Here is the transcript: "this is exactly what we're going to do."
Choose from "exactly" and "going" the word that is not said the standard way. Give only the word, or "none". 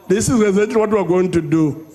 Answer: exactly